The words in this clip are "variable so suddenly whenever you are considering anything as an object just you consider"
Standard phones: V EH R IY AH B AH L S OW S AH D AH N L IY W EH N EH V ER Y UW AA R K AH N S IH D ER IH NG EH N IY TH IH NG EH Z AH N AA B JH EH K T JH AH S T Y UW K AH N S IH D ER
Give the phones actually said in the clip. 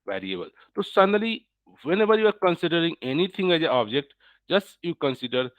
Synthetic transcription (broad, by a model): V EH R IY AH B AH L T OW S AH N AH L IY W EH N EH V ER Y UW AA R K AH N S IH D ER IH NG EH N IY T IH NG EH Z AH AA B JH EH K T JH AH S T Y UW K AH N S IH D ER